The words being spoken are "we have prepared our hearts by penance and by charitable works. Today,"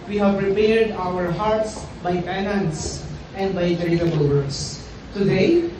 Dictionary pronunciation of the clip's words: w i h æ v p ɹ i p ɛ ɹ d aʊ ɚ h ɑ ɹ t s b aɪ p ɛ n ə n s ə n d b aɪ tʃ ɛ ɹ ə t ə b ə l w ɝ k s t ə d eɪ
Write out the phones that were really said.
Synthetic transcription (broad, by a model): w i h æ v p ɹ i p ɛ ɹ d aʊ ɚ h ɑ ɹ t s b aɪ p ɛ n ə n s ə n d b aɪ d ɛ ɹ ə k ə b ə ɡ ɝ s t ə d eɪ